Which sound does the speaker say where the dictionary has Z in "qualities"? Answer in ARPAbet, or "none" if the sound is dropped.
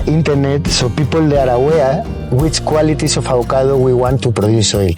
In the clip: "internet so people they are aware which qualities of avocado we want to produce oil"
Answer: S